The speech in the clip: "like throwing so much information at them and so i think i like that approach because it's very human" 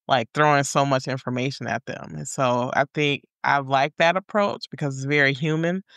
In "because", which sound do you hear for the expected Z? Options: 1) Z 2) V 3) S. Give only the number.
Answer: 1